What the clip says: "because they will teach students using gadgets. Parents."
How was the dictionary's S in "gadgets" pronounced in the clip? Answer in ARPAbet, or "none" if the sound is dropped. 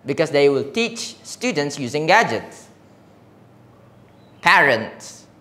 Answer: S